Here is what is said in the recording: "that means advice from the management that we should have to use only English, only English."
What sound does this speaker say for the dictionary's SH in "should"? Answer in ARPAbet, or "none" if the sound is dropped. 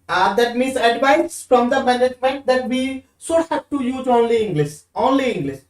S